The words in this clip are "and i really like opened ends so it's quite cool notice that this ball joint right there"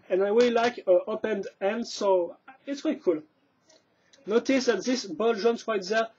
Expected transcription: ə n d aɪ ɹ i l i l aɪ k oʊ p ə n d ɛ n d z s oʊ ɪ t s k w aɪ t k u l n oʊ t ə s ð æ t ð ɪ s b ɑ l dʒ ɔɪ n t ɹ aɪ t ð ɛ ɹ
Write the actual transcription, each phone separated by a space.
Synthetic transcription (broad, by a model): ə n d aɪ w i l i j k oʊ p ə n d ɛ n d s oʊ ɪ t s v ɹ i k u l n oʊ t ə s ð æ t ð ɪ s b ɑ l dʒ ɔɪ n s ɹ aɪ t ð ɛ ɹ